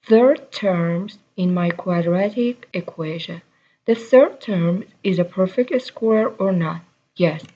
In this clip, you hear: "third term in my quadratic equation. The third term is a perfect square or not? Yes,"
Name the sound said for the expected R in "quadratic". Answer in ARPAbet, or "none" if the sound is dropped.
R